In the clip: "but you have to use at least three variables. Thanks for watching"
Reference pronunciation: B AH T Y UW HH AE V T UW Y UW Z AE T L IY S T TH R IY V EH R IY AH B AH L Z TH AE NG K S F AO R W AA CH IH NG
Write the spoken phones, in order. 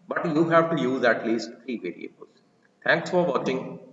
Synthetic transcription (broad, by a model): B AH T Y UW HH AE V T UW Y UW Z AE T L IY S T T R IY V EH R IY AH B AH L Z T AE NG K S F AO R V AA CH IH NG